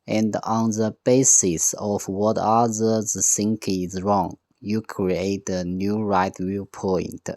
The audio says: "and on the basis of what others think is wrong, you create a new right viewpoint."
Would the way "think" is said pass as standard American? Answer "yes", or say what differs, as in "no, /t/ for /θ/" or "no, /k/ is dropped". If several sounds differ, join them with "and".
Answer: no, /s/ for /θ/